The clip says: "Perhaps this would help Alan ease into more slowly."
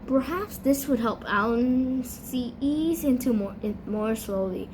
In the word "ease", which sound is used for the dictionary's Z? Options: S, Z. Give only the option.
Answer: Z